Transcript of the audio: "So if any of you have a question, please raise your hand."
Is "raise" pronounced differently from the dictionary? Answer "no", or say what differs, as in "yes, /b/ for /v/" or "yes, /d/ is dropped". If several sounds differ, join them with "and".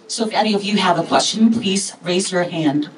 no